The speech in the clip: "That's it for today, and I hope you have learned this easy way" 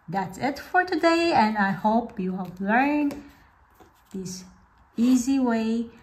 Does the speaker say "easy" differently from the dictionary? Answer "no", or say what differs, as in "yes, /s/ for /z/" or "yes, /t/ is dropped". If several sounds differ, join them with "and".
no